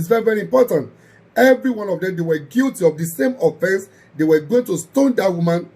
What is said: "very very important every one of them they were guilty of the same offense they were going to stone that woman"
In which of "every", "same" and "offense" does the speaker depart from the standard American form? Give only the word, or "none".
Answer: none